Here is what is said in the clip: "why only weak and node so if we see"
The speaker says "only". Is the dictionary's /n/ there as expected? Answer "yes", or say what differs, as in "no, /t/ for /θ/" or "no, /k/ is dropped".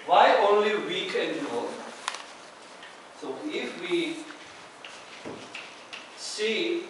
yes